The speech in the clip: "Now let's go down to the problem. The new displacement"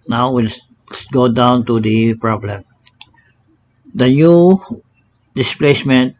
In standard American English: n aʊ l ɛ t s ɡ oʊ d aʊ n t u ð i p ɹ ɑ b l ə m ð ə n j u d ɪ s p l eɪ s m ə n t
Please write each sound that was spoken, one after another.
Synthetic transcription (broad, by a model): n aʊ w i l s ɡ oʊ d aʊ n t u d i p ɹ ɑ b l ə m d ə n j u d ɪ s p l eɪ s m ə n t